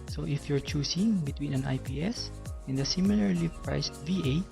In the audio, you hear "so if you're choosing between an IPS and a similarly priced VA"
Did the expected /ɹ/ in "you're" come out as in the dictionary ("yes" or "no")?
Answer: yes